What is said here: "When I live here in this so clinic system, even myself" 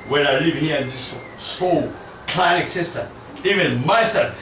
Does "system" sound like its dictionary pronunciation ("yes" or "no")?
no